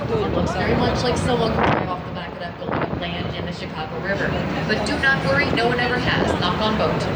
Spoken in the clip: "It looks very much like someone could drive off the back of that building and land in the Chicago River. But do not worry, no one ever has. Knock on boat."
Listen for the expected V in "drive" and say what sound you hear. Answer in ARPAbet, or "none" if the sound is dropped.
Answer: none